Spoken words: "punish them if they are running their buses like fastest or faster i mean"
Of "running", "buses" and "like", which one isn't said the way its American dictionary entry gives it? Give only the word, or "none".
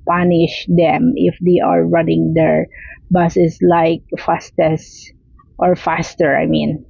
buses